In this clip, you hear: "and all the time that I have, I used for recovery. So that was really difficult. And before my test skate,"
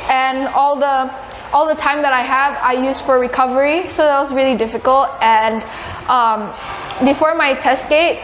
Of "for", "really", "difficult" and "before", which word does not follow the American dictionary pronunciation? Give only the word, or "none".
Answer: none